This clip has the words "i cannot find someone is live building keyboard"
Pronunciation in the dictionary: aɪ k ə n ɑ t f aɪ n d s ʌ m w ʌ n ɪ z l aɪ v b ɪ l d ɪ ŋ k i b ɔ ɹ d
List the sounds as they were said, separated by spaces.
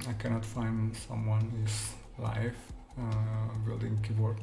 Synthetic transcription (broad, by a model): aɪ k ə n ɑ t f aɪ n d s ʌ m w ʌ n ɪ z l aɪ f b ɪ l d ɪ ŋ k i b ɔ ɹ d